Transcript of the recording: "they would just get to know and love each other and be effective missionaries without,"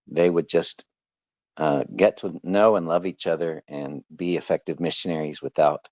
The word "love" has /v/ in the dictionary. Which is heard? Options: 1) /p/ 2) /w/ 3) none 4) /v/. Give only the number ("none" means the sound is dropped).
4